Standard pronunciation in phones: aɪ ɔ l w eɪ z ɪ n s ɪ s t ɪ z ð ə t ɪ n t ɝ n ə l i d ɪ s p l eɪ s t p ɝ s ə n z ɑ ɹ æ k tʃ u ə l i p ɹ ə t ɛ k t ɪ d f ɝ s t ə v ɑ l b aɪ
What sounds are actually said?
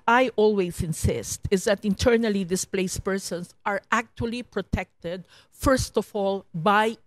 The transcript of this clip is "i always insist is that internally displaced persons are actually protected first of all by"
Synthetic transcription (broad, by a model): aɪ ɔ l w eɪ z ɪ n s ɪ s t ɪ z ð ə t ɪ n t ɝ n ə l i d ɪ s p l eɪ s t p ɝ s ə n s ɑ ɹ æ k tʃ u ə l i p ɹ ə t ɛ k t ɪ d f ɝ s t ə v ɑ l b aɪ